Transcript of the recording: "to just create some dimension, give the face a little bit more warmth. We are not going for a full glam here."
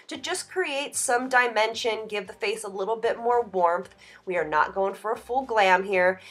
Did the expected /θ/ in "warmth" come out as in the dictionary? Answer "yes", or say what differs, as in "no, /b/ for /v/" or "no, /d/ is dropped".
yes